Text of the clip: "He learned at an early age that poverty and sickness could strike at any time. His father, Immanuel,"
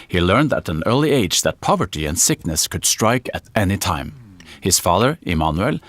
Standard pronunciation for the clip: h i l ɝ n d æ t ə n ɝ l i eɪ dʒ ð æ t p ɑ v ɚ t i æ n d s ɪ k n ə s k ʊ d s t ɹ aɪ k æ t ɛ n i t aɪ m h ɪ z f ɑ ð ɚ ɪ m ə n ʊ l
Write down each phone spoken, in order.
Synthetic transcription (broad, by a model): h i l ɝ n d æ t ə n ɝ l i eɪ dʒ ð æ t p ɑ v ɚ t i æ n s ɪ k n ə s k ʊ d s t ɹ aɪ k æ t ɛ n i t aɪ m h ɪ s f ɑ ð ɚ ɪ m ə n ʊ l